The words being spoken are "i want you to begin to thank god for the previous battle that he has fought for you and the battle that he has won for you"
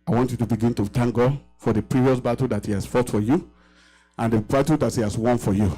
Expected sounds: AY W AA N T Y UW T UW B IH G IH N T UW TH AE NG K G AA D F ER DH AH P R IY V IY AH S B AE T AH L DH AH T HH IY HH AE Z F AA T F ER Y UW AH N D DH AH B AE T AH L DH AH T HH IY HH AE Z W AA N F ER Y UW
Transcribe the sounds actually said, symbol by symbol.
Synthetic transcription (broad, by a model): AY W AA N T Y UW T UW B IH G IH N T UW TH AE NG K G AA D F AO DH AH P R IY V IY AH S B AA T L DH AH T HH IY HH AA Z F AA T F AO Y UW AH N D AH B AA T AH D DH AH T HH IY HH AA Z W AA N F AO Y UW